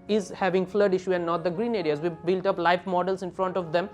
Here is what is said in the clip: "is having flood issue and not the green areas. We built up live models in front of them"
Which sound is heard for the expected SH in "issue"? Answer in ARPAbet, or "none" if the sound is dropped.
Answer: SH